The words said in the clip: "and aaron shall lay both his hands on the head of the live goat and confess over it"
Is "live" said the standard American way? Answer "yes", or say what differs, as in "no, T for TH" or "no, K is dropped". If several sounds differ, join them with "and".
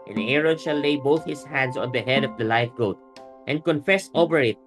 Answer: no, F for V